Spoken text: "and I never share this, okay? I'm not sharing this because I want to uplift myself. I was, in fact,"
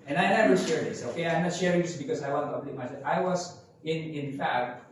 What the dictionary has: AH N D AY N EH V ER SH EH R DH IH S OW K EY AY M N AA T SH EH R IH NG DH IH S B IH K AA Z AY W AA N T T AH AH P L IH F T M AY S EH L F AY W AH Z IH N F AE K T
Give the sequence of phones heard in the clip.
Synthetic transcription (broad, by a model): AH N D AY N EH V ER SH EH R DH IH S OW K EY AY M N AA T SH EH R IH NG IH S B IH K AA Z AY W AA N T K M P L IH T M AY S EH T AY W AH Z IH N F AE K T